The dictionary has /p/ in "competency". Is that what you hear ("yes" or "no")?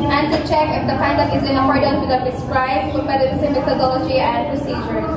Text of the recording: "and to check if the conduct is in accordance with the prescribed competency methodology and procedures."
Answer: no